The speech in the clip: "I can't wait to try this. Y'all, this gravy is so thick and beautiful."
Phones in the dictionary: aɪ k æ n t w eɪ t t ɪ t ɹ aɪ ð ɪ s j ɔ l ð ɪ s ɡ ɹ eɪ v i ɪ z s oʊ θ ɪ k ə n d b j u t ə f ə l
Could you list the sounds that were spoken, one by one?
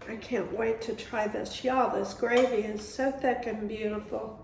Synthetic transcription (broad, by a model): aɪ k æ n t w eɪ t t ɪ t ɹ aɪ ð ɪ s j ɔ l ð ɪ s ɡ ɹ eɪ v i ɪ z s oʊ θ ɪ k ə n b j u t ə f l